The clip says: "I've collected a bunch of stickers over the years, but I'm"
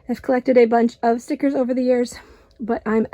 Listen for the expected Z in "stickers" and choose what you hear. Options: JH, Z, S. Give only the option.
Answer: Z